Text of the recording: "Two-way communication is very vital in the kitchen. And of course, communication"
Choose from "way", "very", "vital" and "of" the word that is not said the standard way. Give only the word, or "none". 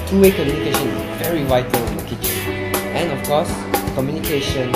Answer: of